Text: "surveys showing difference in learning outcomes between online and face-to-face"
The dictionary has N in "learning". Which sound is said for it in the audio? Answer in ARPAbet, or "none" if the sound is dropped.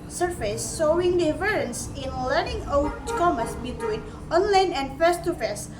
none